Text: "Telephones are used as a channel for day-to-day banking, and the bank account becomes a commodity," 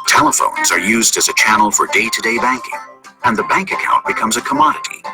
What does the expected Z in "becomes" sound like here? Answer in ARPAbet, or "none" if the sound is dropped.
Z